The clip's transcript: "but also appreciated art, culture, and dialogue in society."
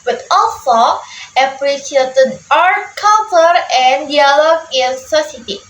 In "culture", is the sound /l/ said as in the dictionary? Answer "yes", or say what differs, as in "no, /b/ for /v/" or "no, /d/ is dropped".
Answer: no, /n/ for /l/